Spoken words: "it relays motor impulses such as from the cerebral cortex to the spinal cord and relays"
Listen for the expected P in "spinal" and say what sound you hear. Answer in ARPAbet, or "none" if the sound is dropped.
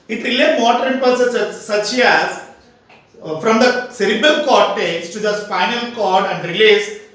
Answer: F